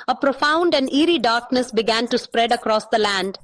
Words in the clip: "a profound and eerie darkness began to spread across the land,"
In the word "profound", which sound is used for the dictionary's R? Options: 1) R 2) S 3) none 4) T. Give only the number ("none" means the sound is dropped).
1